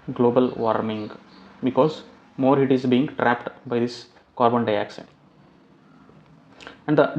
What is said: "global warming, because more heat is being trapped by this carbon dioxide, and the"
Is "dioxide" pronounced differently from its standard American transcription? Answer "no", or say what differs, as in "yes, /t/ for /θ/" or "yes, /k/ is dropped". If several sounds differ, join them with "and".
yes, /ʃ/ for /s/